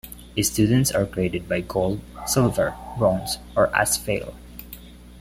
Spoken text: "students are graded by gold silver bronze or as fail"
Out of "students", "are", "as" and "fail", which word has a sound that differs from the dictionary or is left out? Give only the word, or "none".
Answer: as